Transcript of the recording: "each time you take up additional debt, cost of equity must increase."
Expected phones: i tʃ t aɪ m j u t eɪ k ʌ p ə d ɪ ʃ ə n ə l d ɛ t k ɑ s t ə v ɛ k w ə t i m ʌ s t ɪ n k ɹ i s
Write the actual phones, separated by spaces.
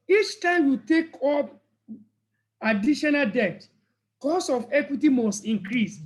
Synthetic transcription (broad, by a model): i tʃ t aɪ m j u t eɪ k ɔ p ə d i ʃ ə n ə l d ɛ t k ɑ s ə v ɛ k w ə t i m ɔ s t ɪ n k ɹ i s